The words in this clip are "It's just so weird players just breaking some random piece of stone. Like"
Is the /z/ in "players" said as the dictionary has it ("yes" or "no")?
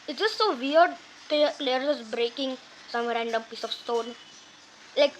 no